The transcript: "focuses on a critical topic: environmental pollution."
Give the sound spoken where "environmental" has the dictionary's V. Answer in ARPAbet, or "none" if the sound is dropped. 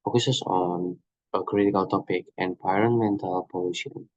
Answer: P